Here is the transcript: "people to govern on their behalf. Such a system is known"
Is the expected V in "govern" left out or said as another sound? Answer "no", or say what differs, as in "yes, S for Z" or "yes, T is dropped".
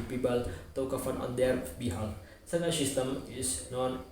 yes, F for V